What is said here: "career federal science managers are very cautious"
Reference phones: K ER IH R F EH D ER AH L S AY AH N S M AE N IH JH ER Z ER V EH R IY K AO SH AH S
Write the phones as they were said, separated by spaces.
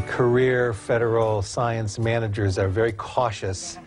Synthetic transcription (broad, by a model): K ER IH R F EH D ER L S AY AH N S M AE N IH JH ER Z ER V EH R IY K AO SH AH S